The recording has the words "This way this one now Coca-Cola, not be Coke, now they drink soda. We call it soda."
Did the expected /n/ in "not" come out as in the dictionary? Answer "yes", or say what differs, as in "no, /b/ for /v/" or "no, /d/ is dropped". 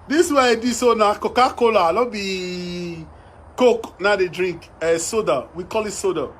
no, /l/ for /n/